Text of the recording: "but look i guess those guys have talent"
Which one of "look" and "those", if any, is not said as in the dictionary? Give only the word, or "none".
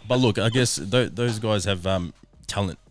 none